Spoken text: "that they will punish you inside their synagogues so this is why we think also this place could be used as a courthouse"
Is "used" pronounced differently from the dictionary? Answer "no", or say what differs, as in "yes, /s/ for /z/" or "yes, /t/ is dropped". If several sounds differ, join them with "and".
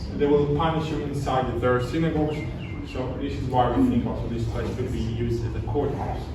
no